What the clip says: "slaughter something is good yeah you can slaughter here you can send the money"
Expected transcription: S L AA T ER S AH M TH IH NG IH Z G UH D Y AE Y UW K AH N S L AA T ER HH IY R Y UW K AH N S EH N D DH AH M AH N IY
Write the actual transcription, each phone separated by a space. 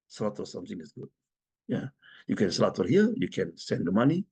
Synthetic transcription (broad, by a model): S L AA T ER S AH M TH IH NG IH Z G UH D Y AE Y UW K AH N S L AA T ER HH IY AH Y UW K AH N S EH N D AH M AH N IY